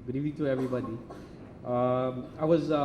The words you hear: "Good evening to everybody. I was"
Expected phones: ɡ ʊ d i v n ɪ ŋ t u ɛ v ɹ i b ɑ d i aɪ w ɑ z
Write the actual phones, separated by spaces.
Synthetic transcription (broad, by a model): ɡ d i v ɪ ŋ t u ɛ v ɹ i b ɑ d i aɪ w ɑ z